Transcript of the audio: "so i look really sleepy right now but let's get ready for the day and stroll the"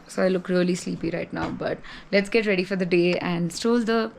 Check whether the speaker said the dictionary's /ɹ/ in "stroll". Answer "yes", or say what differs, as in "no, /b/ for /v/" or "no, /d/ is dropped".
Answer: no, /ɹ/ is dropped